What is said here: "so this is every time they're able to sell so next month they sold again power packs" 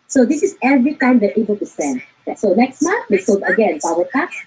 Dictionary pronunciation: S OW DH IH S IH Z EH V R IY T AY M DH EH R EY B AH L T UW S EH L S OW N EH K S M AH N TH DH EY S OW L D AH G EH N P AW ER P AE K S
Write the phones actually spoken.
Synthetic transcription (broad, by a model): S OW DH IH S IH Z EH V R IY T AY M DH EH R EY B AH L T UW S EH N S OW N EH K S M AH N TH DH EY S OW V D AH G EH N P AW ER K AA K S